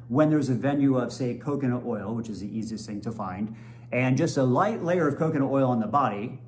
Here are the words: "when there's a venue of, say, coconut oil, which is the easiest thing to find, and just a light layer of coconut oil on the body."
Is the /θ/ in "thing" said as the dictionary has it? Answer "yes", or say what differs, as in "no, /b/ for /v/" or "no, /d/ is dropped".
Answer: yes